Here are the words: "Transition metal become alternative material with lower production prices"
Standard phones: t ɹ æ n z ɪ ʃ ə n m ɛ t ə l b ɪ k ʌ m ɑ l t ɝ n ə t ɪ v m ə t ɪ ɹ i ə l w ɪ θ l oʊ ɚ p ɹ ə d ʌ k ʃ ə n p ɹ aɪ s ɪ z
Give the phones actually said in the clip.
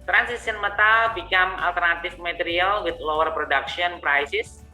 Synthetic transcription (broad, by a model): t ɹ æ n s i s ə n m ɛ t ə l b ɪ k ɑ m ɑ l t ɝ n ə t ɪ f m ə t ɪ ɹ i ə l w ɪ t l oʊ ɚ p ɹ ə d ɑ k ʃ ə n p ɹ aɪ s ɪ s